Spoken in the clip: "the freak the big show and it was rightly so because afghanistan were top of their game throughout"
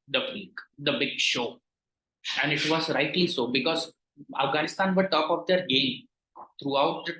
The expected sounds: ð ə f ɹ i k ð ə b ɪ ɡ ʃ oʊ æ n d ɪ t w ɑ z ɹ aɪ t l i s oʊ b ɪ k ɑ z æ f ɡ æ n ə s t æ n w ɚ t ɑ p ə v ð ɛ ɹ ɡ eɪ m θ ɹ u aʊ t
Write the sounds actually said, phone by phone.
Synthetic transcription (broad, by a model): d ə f i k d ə b ɪ ɡ ʃ oʊ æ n d ɪ t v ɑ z ɹ aɪ t l i s oʊ b ɪ k ɑ z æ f ɡ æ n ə s t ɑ n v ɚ t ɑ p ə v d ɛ ɹ ɡ eɪ m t ɹ u aʊ t